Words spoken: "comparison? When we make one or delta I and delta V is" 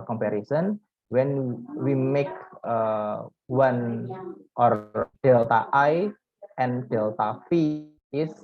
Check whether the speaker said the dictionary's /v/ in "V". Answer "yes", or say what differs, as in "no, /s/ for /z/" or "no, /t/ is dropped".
no, /f/ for /v/